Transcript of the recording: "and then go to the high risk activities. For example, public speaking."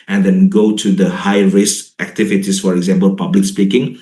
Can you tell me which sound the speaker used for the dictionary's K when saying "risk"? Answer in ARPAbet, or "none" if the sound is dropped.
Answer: none